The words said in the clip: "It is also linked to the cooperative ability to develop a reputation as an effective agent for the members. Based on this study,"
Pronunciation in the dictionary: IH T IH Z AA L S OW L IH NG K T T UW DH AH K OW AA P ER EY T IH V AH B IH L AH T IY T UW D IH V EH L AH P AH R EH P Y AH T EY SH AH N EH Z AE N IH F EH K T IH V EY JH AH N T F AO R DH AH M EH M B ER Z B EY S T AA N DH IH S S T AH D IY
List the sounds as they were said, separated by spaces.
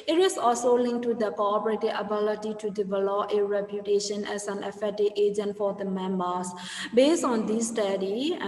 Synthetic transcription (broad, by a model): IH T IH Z AA L S OW L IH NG K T T UW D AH K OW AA P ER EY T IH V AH B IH L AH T IY T UW D IH V EH L AH P AH R EH P Y AH T EY SH AH N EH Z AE N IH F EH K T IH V EY JH AH N T F AO R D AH M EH M B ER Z B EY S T AA N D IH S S T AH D IY